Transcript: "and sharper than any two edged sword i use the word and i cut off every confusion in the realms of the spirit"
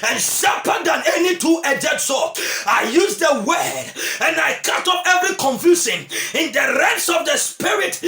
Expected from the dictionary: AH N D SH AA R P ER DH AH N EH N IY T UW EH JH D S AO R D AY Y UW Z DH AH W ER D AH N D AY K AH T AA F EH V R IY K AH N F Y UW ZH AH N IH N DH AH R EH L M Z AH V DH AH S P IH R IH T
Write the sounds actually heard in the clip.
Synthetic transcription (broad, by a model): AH N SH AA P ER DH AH N EH N IY T UW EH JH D S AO AY Y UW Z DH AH W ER D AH N AY K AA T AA P EH V R IY K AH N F Y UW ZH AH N IH N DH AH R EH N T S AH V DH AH S P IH R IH T